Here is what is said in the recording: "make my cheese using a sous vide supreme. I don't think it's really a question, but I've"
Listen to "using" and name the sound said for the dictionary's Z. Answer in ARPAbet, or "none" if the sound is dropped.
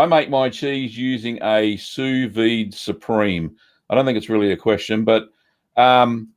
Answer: Z